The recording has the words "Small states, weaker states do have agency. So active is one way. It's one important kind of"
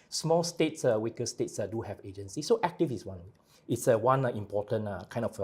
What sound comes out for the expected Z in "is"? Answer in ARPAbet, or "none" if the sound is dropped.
S